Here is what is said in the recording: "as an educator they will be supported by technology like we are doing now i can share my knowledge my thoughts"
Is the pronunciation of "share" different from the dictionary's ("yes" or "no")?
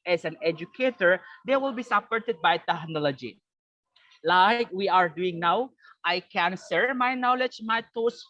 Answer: yes